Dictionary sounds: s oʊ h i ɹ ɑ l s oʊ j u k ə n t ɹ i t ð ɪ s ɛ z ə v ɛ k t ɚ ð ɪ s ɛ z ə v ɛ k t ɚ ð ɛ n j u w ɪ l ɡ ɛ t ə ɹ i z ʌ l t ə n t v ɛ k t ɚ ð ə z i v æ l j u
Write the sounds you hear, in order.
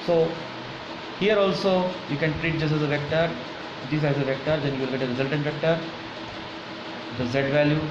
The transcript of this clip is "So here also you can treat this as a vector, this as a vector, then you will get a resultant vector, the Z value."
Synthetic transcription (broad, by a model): s oʊ h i ɹ ɑ l s oʊ j u k ə n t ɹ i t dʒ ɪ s ɛ z ə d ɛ k t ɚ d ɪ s ɛ z ə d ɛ k t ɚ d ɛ n j u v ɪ l ɡ ɛ t ə ɹ i z ʌ l t ə n t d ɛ k t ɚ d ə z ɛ v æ l j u